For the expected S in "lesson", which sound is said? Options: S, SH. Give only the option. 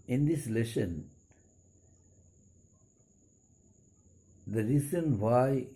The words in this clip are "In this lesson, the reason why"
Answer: SH